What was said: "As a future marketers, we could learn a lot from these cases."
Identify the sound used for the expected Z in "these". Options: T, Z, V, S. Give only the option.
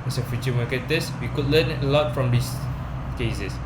S